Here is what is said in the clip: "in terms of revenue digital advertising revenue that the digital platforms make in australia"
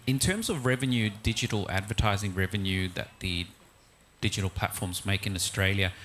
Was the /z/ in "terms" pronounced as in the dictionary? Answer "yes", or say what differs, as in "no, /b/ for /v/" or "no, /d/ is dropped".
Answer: yes